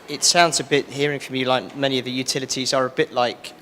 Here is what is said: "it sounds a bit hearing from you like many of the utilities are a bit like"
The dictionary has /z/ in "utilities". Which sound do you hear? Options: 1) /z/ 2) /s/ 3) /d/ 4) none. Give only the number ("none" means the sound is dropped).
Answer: 1